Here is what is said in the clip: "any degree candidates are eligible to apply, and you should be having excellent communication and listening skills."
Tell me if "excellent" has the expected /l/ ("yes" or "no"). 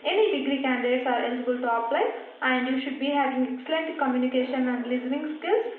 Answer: yes